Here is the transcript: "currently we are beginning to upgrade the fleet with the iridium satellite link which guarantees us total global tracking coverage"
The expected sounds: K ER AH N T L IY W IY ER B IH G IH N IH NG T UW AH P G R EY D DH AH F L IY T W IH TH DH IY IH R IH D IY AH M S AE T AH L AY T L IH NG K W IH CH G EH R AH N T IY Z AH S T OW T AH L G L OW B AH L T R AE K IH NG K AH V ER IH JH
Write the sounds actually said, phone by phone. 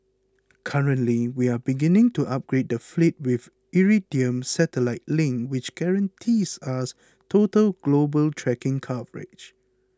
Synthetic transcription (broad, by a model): K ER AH N T L IY W IY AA B IH G IH N IH NG T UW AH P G R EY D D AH F L IY T W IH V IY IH R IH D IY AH M S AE T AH L AY T L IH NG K W IH CH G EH R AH N T IY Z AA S T OW T AH L G L OW B AH L T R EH K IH NG K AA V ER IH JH